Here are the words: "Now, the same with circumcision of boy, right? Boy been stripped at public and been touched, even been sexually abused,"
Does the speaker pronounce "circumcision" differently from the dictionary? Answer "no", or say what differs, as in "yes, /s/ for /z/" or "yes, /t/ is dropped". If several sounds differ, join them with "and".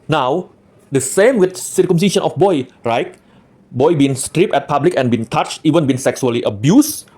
yes, /ʃ/ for /ʒ/